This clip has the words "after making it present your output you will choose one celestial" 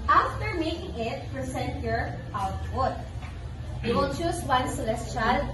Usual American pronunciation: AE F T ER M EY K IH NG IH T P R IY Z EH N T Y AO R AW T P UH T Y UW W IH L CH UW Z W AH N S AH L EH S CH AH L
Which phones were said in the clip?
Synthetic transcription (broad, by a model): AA F T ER M EY K IH NG IH T P R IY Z EH N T Y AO R AW T P UH T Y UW W IH L CH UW S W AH N S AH L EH S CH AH L